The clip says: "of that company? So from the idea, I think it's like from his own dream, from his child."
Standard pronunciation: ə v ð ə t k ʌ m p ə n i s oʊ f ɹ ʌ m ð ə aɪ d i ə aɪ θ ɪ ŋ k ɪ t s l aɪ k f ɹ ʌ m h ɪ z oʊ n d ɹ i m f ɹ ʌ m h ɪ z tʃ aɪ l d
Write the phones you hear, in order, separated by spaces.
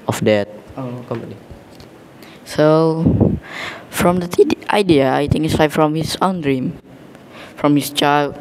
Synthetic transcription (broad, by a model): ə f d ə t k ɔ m ə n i s oʊ f ɹ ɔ m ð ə aɪ d i ə aɪ t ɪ ŋ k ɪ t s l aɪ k f ɹ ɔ m h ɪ s oʊ n d ɹ i m f ɹ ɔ m h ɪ s tʃ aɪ l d